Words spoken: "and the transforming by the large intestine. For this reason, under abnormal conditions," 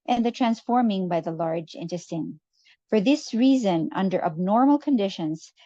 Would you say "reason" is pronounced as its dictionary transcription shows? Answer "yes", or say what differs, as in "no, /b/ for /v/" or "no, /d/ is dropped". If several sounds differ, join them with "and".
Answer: yes